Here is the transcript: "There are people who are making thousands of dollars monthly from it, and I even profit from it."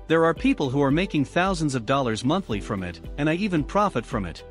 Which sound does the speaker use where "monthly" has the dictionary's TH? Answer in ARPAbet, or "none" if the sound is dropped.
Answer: TH